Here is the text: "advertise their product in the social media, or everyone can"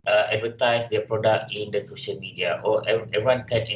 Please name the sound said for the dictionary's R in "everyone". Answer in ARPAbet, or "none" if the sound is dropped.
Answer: none